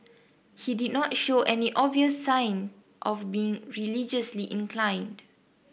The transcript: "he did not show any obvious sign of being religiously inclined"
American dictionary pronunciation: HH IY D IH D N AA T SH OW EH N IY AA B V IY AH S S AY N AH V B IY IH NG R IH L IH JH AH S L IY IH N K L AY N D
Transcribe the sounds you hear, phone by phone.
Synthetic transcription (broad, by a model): HH IY D IH D N AA T SH OW EH N IY AA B V IY AH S S AY N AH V B IY IH NG R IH L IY JH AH S L IY IH N K L AY N D